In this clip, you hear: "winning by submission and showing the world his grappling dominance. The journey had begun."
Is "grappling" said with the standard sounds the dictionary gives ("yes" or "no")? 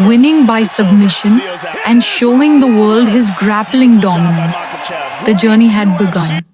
yes